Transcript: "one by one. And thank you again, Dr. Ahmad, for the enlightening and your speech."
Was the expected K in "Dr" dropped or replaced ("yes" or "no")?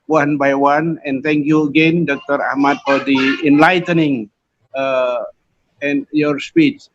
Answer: no